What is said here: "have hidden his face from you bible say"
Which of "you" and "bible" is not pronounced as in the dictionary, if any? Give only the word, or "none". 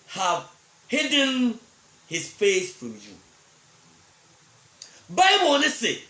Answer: bible